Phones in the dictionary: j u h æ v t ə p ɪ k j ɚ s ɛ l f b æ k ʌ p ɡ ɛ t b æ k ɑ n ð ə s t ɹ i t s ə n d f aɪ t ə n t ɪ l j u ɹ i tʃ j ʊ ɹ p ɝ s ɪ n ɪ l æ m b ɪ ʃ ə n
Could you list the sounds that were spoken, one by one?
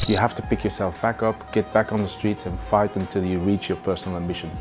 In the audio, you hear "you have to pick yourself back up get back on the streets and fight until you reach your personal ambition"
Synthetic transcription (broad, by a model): j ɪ h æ f t ə p ɪ k j ɚ s ɛ l f b æ k ʌ p ɡ ɛ t b æ k n ð ə s t ɹ i t s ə n f aɪ t ə n t ɪ l j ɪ ɹ i tʃ j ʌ ɹ p ɝ s n l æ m b ɪ ʃ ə n